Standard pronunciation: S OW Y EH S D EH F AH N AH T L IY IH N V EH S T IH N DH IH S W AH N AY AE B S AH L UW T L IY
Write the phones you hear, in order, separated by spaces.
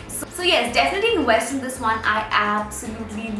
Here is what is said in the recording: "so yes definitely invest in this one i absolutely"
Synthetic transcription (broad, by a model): S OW Y EH S D EH F AH N AH T L IY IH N W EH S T IH N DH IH S W AH N AY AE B S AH L UW T L IY